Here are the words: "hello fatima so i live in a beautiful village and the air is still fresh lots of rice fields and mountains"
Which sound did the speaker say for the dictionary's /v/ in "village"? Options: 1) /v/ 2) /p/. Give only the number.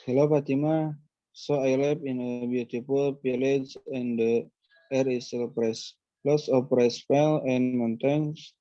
2